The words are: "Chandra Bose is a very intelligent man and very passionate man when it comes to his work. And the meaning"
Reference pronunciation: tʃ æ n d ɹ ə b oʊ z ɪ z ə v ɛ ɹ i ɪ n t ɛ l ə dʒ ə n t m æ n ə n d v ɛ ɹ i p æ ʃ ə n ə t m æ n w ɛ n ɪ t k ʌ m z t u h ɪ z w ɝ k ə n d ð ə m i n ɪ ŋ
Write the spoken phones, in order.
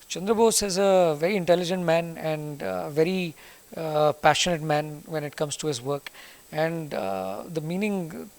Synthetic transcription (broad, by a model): tʃ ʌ n d ɹ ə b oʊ s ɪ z ə v ɛ ɹ i ɪ n t ɛ l ə dʒ ə n t m æ n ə n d v ɛ ɹ i p æ ʃ ə n ə t m æ n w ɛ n ɪ t k ʌ m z t u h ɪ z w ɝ k ə n d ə m i n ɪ ŋ